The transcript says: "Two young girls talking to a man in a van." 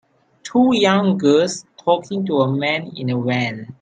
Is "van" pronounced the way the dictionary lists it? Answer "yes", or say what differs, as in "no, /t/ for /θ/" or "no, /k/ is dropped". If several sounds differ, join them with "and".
no, /w/ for /v/